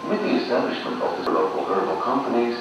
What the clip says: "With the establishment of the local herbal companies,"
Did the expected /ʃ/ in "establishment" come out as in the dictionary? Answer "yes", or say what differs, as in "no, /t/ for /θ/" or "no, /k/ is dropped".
yes